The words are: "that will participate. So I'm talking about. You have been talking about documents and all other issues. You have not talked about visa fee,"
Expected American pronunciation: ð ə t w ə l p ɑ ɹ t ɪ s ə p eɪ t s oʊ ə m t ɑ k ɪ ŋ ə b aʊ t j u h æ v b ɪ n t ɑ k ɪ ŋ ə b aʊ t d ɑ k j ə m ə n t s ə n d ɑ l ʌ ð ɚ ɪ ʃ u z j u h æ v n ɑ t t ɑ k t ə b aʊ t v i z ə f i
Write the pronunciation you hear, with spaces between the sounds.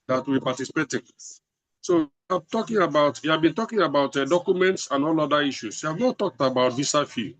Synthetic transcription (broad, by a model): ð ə t w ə p ɑ t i s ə p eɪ t s oʊ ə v t ɑ k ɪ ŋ ə b aʊ t j u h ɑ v b ɪ n t ɑ k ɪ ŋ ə b aʊ t d ɑ k j ə m ə n t s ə n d ɑ l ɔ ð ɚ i ʃ u s j u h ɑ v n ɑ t t ɑ k t ə b aʊ t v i s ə f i